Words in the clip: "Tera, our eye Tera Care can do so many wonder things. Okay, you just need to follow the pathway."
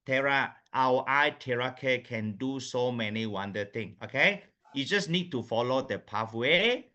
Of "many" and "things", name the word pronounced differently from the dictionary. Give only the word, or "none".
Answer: things